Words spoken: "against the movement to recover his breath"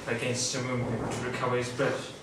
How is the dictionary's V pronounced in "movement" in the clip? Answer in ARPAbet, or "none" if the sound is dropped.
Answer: none